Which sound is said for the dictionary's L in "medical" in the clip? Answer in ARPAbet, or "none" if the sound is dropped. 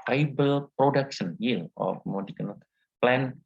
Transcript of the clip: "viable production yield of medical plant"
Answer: N